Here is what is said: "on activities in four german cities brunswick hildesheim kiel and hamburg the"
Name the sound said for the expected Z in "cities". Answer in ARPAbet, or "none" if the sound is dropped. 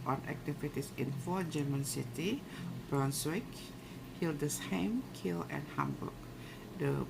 none